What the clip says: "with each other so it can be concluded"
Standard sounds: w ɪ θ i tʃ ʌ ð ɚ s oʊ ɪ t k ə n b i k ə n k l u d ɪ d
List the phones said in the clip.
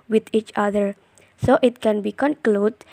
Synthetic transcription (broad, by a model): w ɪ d i tʃ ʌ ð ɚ s oʊ ɪ t k ə n b i k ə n k l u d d